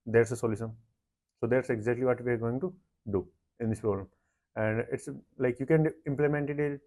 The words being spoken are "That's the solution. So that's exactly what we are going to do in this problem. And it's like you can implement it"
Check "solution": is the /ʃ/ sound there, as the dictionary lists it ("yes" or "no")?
no